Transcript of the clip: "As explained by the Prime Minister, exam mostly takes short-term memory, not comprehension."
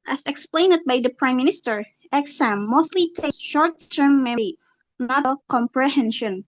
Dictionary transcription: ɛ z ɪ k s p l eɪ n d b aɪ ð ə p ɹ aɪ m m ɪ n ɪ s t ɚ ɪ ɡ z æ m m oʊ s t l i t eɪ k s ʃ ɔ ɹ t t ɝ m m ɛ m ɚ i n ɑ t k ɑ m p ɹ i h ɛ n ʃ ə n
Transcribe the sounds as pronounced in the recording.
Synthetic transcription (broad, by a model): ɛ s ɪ k s p l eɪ n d b aɪ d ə p ɹ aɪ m m ɪ n ɪ s t ɚ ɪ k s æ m m oʊ s t l i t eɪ s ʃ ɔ ɹ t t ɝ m m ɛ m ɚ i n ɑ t k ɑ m p ɹ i h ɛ n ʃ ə n